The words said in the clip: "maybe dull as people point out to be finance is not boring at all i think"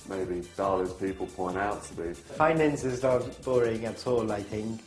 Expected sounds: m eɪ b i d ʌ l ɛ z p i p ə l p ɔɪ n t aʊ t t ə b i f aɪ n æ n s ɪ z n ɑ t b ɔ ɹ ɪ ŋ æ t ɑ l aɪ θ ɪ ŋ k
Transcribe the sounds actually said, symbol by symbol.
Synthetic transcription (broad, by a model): m eɪ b i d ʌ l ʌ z p i p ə l p ɔɪ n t aʊ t t ə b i f aɪ n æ n s ɪ z l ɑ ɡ b ɔ ɹ ɪ ŋ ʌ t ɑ l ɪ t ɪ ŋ